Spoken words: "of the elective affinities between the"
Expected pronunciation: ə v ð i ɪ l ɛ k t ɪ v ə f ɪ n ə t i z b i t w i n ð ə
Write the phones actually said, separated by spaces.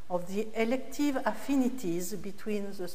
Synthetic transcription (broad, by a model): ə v ð i ɪ l ɛ k t ɪ v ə f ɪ n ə t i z b i t w i n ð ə